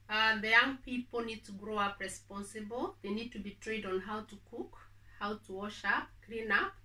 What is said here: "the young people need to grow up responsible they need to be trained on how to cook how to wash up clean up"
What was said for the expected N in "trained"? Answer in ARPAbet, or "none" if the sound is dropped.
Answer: none